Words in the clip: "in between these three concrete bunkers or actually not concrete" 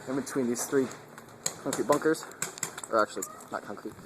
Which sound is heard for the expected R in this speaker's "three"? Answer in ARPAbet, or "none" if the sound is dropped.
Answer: R